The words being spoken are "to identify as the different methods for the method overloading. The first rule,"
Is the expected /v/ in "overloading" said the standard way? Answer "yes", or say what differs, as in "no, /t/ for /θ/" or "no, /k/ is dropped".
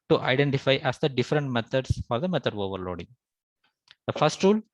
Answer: yes